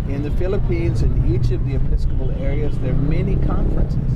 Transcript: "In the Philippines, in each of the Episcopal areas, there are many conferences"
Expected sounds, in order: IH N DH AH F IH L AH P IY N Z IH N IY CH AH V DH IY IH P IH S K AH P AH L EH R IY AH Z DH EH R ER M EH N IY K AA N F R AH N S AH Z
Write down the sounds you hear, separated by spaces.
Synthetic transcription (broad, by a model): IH N DH AH F IH L AH P IY N Z IH N IY CH AH V DH IY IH P IH S K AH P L EH R IY AH Z DH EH R M EH N IY K AA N F R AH N S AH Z